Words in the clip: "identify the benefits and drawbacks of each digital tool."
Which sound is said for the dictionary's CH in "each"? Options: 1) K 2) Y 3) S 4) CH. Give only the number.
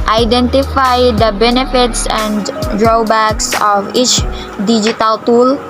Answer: 4